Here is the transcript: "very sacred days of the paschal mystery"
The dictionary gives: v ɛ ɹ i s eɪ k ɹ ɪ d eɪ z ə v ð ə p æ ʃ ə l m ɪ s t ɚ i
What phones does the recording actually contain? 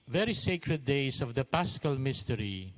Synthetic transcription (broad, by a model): v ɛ ɹ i s eɪ k ɹ ɪ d eɪ s ə v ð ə p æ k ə l m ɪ s t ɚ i